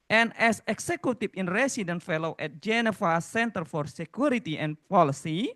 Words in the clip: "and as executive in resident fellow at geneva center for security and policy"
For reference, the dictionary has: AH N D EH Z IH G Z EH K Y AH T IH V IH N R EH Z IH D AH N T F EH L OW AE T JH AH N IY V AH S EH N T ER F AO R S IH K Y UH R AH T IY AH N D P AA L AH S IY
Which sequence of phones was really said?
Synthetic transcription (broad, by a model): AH N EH S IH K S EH K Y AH T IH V IH N R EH S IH D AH N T F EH L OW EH T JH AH N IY F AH S EH N T ER F AO R S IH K Y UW R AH T IY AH N P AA L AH S IY